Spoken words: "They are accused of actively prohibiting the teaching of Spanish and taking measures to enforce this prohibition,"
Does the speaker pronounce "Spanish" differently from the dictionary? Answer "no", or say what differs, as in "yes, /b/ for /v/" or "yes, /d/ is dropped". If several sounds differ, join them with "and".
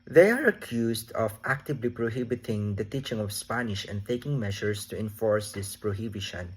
no